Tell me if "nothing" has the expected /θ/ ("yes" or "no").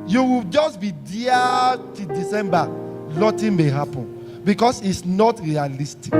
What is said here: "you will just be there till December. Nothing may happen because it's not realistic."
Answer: no